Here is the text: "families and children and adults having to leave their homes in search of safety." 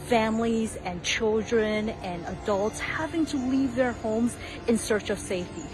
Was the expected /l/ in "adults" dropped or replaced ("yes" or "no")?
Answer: no